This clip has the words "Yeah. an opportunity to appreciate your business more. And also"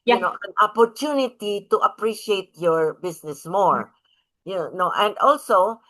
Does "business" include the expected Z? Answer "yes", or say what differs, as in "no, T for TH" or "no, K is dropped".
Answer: no, S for Z